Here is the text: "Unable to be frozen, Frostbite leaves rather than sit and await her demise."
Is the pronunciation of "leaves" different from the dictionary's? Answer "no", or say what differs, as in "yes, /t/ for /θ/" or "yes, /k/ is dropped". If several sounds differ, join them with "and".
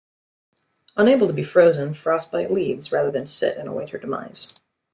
no